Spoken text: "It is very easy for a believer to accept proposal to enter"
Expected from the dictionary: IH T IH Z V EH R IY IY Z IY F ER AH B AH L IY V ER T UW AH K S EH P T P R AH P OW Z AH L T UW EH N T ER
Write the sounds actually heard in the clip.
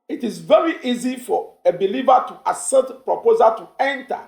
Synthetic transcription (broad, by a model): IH T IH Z V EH R IY IY Z IY F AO AH B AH L IY V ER T UW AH S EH T P R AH P OW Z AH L T UW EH N T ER